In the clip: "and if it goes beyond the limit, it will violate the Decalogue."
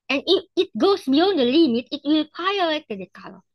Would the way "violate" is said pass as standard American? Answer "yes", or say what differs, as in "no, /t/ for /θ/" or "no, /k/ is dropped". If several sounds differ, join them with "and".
no, /p/ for /v/ and /l/ is dropped